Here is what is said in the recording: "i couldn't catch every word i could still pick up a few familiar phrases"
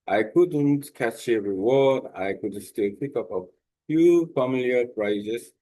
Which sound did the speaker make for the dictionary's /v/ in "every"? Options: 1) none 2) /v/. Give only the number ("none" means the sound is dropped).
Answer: 1